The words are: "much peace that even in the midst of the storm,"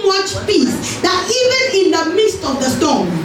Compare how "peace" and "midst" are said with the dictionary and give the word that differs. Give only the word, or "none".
none